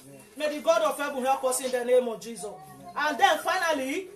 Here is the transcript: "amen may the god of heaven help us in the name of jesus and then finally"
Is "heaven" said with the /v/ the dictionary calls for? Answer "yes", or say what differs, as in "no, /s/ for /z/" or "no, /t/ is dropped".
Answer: no, /b/ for /v/